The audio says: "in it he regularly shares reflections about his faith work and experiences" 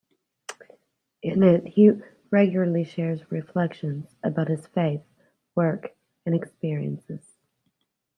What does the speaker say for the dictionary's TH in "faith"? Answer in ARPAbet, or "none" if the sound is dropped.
TH